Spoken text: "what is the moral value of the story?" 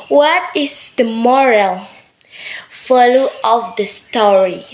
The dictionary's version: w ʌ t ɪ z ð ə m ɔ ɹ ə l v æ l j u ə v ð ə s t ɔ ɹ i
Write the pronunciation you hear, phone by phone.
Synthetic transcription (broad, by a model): w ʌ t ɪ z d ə m ɔ ɹ ə l f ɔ l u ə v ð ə s t ɔ ɹ i